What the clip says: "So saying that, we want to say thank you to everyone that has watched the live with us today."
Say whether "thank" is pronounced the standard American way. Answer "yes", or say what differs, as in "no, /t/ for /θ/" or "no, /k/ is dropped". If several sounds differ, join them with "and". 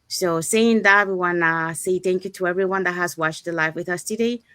yes